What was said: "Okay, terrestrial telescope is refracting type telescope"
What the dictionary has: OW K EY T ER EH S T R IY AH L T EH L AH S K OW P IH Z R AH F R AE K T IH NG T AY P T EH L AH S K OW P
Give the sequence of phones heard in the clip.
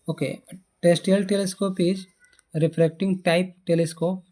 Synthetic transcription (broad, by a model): OW K EY T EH S T IY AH L T EH L AH S K OW P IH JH R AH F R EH K T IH NG T AY P T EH L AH S K OW P